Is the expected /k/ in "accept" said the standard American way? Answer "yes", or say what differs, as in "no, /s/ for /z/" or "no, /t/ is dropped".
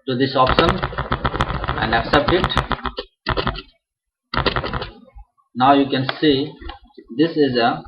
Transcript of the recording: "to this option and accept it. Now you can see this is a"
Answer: yes